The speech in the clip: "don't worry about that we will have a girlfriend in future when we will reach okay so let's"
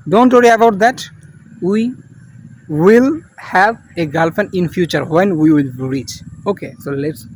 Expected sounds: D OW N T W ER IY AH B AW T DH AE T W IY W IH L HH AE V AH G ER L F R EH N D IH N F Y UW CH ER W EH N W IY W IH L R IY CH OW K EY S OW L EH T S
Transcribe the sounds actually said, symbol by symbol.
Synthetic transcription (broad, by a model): D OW N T W ER IY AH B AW T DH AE T W IY W IH L HH AE V AH G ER L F EH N IH N F Y UW CH ER W EH N W IY W IH L R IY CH OW K EY S OW L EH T S